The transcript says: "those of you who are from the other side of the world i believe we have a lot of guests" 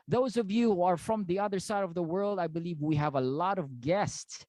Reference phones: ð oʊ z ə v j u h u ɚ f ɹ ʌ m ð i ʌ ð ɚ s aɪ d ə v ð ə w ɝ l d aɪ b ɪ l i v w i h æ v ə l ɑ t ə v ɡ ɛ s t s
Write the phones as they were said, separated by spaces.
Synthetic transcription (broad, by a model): ð oʊ z ə v j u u ɚ f ɹ ʌ m ð i ʌ ð ɚ s aɪ d ə v ð ə w ɝ l d aɪ b ɪ l i v w i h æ v ə l ɑ t ə v ɡ ɛ s t s